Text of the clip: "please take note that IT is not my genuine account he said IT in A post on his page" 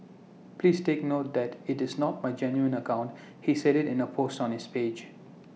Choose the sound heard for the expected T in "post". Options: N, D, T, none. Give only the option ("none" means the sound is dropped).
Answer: T